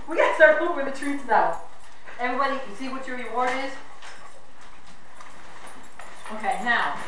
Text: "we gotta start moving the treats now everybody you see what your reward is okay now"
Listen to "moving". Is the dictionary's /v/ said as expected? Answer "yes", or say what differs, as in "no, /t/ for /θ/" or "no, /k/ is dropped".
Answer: no, /w/ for /v/